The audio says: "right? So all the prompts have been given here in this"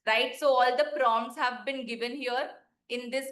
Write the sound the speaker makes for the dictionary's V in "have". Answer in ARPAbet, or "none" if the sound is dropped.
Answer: V